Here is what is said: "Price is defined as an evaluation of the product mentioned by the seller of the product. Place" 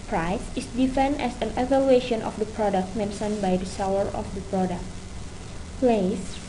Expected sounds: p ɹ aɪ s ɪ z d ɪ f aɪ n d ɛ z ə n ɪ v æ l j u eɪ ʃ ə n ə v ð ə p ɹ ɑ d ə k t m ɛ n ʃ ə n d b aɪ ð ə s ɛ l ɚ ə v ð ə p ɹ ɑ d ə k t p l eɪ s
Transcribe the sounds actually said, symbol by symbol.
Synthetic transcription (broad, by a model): p ɹ aɪ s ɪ s d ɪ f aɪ n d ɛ s ə n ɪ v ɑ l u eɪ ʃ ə n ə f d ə p ɹ ɑ d ə k t m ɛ n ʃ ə n b aɪ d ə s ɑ w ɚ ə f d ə p ɹ ɑ d ə k t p l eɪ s